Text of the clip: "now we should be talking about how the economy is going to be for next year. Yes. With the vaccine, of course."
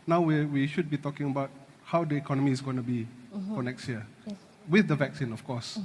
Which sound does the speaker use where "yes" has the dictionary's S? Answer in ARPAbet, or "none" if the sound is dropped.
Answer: none